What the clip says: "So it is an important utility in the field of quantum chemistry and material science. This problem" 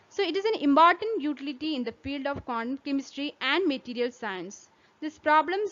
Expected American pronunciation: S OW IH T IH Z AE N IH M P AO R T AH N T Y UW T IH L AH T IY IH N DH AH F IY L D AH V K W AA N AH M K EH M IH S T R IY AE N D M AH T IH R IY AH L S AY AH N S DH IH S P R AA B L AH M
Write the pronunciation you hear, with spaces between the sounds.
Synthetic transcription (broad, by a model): S OW IH T IH Z AE N IH M P AO R T AH N T Y UW T IH L AH T IY IH N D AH F IY L D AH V K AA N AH K EH M IH S T R IY AE N D M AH T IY R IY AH L S AY AH N S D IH S P R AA B L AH M